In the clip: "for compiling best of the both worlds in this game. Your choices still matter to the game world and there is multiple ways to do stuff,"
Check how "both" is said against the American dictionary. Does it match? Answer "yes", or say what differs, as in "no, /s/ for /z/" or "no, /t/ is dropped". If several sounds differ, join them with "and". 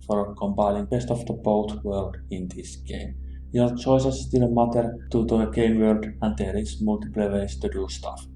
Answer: no, /t/ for /θ/